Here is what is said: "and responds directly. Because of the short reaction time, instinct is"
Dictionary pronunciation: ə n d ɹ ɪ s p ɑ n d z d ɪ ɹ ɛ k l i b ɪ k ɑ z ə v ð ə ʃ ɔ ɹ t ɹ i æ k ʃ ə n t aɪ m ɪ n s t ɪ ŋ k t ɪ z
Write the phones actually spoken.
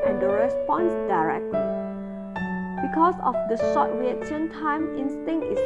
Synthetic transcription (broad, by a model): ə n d ɹ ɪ s p ɑ n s d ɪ ɹ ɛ k l i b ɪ k ɑ s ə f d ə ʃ ɔ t w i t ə n t aɪ m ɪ n s t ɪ ŋ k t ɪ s